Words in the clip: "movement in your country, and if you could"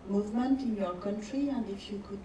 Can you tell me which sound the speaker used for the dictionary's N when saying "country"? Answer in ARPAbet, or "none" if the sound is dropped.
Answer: N